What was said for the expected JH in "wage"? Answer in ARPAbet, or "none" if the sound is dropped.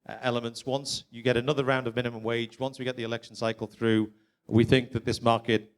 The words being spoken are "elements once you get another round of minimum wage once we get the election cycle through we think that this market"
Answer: JH